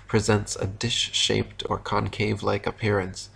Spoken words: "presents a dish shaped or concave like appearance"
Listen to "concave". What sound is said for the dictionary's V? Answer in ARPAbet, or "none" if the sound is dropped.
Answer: V